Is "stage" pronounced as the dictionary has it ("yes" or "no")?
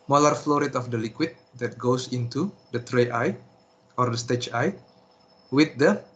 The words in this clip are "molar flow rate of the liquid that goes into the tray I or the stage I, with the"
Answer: no